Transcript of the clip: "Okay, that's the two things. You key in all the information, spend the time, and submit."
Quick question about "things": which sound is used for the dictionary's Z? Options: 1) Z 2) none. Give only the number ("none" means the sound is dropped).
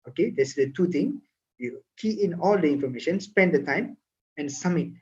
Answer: 2